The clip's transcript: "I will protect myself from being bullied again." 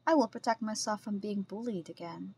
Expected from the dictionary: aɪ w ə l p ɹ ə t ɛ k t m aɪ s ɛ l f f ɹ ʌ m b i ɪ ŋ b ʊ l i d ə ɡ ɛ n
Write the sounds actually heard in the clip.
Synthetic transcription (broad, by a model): aɪ w ə l p ɹ ə t ɛ k t m aɪ s ɛ l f f ɹ ʌ m b i ɪ ŋ b ʊ l i d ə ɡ ɛ n